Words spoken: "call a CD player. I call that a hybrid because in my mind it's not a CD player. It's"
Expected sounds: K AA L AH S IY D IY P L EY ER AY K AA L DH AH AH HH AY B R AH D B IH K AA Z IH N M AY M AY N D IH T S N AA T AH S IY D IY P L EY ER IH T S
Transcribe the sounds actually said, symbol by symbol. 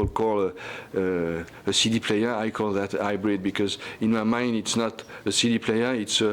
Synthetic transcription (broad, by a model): K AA L AH S IY D IY P L EY ER AY K AA L DH AH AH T AY B R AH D B IH K AA Z IH N M AY M AY N D IH T S N AA T AH S IY D IY P L EY ER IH T S